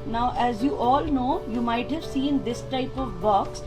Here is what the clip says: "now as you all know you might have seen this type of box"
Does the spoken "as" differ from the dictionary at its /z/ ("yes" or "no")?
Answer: no